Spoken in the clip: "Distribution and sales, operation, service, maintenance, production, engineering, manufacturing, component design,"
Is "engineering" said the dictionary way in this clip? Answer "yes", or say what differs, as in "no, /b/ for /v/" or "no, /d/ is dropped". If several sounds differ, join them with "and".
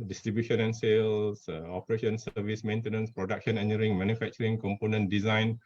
no, /dʒ/ is dropped